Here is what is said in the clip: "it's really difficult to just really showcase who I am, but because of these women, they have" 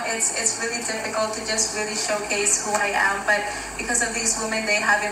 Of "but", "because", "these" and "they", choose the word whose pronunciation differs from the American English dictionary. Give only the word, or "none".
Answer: none